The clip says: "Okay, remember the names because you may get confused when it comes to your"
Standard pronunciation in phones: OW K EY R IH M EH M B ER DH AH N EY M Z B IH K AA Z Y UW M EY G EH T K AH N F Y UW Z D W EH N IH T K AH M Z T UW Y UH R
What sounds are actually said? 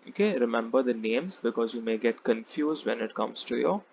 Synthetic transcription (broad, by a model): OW K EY R IH M EH M B ER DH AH N EY M Z B IH K AA Z Y UW M EY G EH T K AH N F Y UW Z D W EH N IH T K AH M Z T UW Y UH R